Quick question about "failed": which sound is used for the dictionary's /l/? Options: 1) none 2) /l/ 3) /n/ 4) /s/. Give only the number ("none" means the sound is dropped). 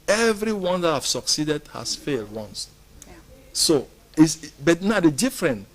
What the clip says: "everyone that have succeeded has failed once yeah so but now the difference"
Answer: 2